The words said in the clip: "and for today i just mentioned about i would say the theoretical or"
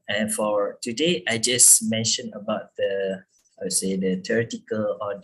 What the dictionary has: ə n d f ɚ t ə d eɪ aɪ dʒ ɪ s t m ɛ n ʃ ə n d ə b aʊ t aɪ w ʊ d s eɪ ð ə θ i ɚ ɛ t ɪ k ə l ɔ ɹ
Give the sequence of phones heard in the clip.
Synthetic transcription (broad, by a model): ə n f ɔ t ə d eɪ aɪ dʒ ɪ s m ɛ n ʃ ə n ə b aʊ t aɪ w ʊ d s eɪ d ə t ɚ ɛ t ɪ k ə l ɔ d